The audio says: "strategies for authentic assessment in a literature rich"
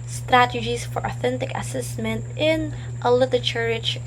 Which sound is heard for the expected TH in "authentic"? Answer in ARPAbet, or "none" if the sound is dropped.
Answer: TH